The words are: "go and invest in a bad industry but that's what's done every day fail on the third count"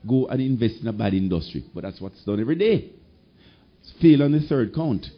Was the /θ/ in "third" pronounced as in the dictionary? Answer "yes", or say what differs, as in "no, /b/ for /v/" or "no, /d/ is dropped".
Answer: yes